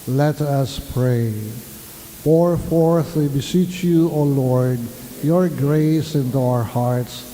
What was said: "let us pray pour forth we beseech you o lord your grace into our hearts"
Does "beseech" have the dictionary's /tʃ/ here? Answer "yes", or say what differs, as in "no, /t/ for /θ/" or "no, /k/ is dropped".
yes